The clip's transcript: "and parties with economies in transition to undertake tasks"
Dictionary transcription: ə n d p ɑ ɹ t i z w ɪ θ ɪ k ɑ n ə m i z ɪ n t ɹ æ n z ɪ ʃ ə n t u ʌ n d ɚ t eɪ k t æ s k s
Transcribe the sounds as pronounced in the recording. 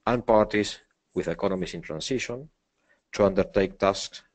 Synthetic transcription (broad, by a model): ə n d p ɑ ɹ t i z w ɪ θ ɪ k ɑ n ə m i s ɪ n t ɹ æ n s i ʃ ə n t u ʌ n d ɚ t eɪ k t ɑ s k s